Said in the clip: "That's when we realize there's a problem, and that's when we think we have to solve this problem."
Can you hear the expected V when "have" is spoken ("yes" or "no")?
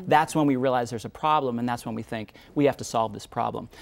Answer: no